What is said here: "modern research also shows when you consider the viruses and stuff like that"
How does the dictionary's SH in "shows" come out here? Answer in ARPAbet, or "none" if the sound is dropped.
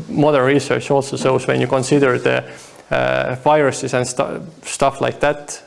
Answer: S